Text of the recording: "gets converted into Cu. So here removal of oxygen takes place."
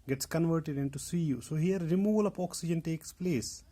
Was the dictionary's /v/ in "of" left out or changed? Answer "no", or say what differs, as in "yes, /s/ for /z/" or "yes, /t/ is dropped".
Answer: yes, /p/ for /v/